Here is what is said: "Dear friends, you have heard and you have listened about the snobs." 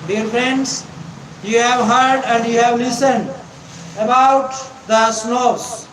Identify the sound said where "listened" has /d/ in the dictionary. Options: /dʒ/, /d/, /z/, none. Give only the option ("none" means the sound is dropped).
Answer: /d/